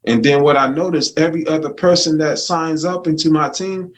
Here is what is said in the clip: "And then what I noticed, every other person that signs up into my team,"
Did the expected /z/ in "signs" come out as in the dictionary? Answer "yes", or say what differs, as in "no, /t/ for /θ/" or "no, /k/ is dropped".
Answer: yes